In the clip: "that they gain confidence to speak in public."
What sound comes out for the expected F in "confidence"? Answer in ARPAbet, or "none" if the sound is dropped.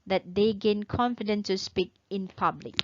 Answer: F